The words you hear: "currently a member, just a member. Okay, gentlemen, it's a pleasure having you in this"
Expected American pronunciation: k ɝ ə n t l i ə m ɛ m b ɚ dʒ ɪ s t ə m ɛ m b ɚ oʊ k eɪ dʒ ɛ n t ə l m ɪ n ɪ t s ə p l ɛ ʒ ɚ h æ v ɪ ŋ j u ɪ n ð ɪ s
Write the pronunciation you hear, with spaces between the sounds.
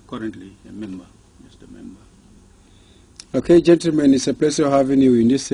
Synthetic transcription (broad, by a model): k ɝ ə n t l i ə m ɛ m b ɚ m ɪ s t ə m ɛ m b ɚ oʊ k eɪ dʒ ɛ n t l m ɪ n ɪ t s ə p l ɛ s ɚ h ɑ v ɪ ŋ j u ɪ n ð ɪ s